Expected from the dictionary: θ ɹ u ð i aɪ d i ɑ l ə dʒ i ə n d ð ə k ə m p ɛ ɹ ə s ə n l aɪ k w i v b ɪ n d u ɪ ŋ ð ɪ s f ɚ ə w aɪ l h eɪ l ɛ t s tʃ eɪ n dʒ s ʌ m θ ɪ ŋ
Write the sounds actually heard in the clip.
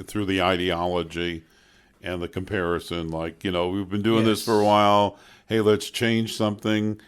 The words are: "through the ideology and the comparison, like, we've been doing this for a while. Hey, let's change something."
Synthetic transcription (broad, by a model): θ ɹ u ð i aɪ d i ɑ l ə dʒ i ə n ð ə k ə m p ɛ ɹ ə s ə n l aɪ k w i v b ɪ n d u ɪ ŋ ð ɪ s f ɚ ə w aɪ l h eɪ l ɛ t s tʃ eɪ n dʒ s ʌ m θ ɪ ŋ